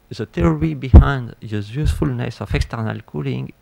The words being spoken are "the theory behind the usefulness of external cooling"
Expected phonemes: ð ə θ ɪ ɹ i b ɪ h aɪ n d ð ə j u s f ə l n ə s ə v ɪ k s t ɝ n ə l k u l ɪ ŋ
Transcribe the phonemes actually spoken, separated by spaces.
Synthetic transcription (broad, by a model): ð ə t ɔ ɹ i b ɪ h aɪ n d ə j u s f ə l n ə s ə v ɪ k s t ɝ n ə l k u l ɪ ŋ